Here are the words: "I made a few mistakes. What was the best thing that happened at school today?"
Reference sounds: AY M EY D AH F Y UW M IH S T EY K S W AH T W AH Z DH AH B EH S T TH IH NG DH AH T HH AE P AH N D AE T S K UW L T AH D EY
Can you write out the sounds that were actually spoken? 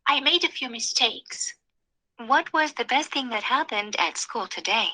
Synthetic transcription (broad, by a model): AY M EY D AH F Y UW M IH S T EY K S W AH T W AH Z DH AH B EH S T TH IH NG DH AH T HH AE P AH N D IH T S K UW L T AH D EY